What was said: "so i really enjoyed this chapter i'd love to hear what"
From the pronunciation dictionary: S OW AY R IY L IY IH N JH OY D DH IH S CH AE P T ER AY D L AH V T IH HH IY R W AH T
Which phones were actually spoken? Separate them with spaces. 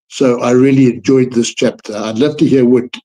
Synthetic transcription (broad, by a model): S OW AY R IY L IY IH N JH OY D DH IH S CH AE P T ER AY D L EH F T IH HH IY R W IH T